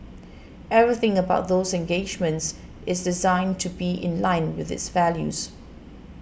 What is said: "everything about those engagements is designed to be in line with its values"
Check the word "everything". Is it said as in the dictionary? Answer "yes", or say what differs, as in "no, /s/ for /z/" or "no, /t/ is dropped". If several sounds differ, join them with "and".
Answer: yes